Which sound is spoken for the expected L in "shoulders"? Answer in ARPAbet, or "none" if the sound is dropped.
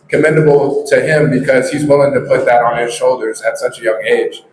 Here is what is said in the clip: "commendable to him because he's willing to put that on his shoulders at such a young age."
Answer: L